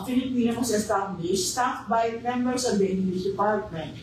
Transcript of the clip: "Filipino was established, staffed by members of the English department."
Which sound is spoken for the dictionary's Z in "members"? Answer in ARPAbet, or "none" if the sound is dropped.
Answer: S